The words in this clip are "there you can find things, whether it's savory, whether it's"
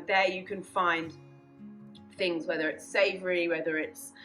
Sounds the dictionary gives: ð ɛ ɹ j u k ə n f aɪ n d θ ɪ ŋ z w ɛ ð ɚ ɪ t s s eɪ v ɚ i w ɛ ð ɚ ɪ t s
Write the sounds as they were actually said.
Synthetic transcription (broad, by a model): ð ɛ j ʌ k ə n f aɪ n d θ ɪ ŋ z w ɛ ð ɚ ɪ t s s eɪ v ɚ i w ɛ ð ɚ ɪ t s